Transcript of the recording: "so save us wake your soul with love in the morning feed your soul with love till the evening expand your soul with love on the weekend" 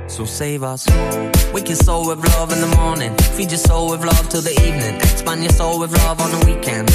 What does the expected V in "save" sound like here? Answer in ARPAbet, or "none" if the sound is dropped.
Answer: V